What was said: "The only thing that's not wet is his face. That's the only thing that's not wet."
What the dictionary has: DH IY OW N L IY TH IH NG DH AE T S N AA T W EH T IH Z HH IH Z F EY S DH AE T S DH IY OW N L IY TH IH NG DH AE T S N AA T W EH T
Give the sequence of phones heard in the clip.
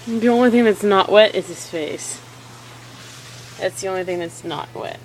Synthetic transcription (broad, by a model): DH IY OW N L IY TH IH NG DH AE T S N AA T W EH T IH Z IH S F EY S DH AE T S DH IY OW N L IY TH IH NG DH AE T S N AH T W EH T